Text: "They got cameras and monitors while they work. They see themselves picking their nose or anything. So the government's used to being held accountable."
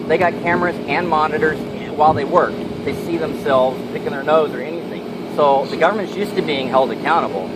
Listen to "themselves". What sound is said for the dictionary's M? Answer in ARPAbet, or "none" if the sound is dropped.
M